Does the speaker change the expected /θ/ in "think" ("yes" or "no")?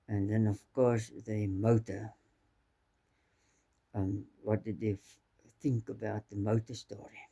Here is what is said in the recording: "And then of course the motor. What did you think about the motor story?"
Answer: no